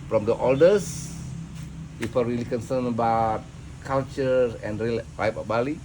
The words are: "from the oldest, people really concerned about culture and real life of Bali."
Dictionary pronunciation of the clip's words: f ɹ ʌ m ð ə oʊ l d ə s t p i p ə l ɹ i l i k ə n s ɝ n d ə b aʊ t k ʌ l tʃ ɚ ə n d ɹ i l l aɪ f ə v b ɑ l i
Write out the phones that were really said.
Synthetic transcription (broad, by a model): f ɹ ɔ m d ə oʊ l d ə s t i f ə ɹ i l i k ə n s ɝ n ə b aʊ t k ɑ l tʃ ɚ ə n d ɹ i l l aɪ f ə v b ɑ l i